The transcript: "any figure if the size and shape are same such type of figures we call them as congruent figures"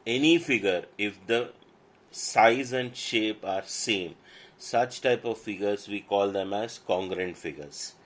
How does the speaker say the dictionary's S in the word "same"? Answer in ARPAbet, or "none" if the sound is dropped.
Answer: S